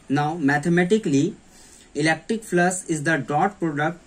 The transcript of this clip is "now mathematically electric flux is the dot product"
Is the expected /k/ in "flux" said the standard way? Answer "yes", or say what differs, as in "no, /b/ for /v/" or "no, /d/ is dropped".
no, /k/ is dropped